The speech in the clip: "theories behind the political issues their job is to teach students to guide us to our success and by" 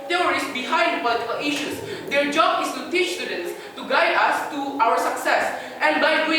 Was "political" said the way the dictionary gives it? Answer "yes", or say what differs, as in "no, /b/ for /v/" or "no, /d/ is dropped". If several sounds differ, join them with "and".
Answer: no, /k/ is dropped